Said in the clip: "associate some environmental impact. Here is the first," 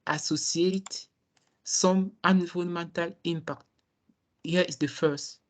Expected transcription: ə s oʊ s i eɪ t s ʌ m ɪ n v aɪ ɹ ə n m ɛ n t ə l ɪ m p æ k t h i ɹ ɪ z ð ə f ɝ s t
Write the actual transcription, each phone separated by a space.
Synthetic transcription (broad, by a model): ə s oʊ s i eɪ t s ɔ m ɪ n i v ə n m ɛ n t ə l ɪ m p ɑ k t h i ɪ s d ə f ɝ s t